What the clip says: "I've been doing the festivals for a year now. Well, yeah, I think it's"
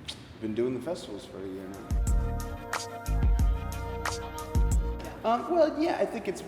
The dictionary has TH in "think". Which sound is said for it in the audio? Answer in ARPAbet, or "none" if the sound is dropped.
TH